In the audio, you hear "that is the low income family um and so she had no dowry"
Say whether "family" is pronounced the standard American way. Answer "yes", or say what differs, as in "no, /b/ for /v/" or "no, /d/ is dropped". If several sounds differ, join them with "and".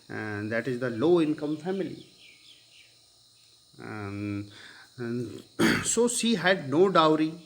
no, /l/ is dropped